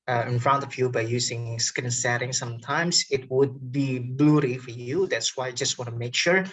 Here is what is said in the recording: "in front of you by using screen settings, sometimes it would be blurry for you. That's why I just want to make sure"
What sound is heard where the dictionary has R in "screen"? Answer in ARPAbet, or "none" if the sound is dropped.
none